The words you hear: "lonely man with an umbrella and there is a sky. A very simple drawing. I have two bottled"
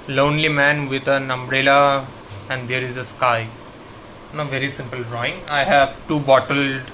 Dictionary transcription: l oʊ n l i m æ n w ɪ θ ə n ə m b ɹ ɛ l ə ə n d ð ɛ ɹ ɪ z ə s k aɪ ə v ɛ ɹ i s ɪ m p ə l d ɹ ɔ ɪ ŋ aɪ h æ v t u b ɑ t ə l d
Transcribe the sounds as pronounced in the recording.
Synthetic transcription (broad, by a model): l oʊ n l i m æ n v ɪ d ə n ə m b ɹ ɛ l ə ə n d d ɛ ɹ ɪ z ə s k aɪ ə v ɛ ɹ i s ɪ m p ə l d ɹ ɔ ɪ ŋ aɪ h æ v t u b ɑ t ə l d